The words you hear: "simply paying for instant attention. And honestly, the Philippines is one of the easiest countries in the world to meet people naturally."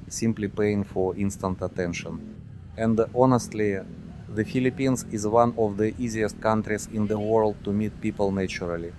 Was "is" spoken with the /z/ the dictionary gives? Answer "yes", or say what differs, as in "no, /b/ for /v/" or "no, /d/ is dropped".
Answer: yes